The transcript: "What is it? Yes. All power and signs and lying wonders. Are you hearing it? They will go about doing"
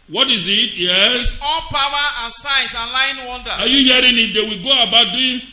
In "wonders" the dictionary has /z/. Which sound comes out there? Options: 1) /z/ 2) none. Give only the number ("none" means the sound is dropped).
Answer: 2